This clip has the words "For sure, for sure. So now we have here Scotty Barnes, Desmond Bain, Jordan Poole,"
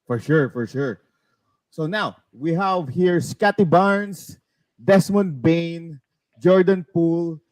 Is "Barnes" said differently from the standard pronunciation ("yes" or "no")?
yes